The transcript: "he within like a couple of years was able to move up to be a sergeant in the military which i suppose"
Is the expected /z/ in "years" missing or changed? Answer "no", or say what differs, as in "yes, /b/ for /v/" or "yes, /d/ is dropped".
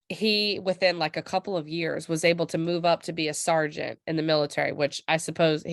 no